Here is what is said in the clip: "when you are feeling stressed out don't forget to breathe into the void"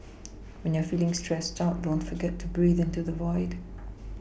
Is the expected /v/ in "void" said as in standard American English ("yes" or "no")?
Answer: yes